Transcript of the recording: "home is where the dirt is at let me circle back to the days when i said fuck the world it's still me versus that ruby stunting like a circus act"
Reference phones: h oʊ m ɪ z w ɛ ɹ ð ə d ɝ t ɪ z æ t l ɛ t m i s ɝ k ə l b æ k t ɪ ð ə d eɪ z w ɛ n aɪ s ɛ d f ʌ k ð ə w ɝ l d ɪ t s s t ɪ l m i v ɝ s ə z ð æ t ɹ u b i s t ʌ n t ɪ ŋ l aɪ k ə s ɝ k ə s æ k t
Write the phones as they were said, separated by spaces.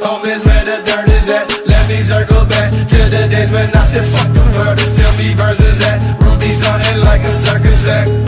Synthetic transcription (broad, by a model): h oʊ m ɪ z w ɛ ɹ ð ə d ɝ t ɪ z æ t l ɛ t m i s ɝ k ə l b æ k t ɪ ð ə d eɪ z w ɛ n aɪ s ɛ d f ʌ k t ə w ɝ d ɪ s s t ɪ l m i v ɝ s ə z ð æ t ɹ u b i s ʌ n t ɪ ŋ l aɪ k ə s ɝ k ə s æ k